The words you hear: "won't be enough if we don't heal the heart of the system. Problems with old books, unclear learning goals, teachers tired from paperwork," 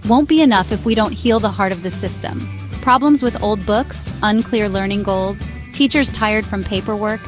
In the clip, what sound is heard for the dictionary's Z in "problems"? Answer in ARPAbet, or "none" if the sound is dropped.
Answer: Z